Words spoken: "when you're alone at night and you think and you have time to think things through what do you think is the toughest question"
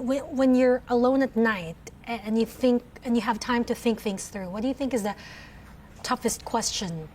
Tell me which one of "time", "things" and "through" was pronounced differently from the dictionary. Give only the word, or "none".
none